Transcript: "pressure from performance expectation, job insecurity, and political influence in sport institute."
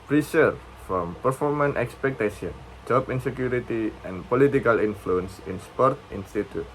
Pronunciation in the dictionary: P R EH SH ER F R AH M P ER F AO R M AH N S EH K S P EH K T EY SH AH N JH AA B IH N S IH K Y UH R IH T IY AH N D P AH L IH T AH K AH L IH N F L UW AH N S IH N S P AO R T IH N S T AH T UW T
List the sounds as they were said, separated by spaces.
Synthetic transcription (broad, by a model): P R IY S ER F R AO M P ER F AO R M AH N EH K S P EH K T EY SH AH N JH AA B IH N S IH K Y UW R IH T IY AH N P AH L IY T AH K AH L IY N F L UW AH N S IH N S P AO R T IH N S T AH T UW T